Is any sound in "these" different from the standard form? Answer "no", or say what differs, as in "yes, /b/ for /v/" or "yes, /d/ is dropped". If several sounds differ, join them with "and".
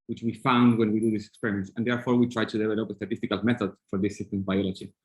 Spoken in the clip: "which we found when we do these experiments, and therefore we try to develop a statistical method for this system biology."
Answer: yes, /s/ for /z/